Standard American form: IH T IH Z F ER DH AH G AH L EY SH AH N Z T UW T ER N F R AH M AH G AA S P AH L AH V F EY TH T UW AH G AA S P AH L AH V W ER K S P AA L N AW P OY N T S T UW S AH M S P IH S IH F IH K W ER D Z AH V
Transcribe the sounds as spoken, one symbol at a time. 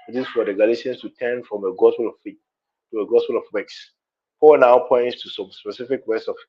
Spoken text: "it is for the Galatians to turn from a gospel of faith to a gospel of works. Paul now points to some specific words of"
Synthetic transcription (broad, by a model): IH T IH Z F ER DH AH G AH L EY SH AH N S T UW T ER N F R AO M AH G AA S P AH L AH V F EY T UW AH G AA S P AH L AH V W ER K S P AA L N AW P OY N T S T UW S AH M S P IH S IH F IH K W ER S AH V